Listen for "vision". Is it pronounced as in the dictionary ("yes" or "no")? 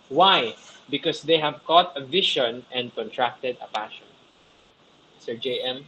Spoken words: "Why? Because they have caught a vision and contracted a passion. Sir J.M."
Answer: no